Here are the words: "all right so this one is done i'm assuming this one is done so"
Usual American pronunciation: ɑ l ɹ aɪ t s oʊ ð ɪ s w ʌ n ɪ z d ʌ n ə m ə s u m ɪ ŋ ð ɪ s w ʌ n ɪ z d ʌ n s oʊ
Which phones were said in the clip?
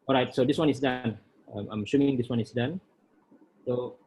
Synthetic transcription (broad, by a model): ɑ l ɹ aɪ t s oʊ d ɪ s w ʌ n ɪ s d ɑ n ə m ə ʃ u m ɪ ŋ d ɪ s w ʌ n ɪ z d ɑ n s oʊ